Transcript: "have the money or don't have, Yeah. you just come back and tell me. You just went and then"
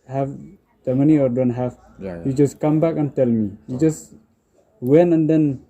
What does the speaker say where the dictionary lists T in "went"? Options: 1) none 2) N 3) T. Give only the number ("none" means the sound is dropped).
1